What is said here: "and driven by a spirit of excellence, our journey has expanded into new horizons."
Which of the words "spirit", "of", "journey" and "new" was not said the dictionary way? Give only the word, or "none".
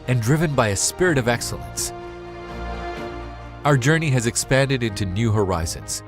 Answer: none